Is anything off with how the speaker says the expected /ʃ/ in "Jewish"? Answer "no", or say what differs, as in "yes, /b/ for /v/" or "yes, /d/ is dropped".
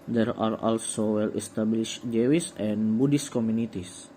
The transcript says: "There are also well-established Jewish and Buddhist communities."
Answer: yes, /s/ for /ʃ/